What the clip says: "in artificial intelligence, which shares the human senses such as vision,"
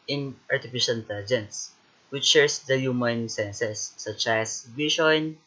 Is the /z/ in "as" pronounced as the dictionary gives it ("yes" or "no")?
no